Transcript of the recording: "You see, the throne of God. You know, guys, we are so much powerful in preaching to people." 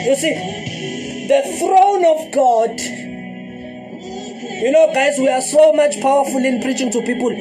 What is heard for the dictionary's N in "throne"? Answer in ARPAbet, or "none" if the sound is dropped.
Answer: N